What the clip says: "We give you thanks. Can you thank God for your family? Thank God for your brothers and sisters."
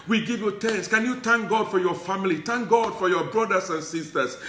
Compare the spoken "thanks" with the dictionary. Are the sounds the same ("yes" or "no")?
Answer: no